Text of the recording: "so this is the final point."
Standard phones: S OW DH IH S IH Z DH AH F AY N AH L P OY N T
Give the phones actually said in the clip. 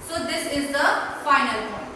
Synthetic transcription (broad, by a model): S OW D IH S IH Z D AH F AY N AH L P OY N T